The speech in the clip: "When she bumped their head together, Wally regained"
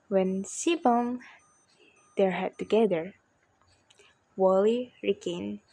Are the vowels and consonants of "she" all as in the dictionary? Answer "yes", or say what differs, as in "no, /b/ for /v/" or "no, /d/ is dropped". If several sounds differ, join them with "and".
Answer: no, /s/ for /ʃ/